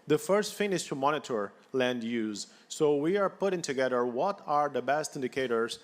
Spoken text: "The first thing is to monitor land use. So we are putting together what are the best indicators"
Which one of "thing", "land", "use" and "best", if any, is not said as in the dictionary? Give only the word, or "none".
thing